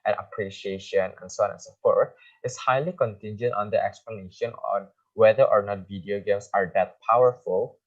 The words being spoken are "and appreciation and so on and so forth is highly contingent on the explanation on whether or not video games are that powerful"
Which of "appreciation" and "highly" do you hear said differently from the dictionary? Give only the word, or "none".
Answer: none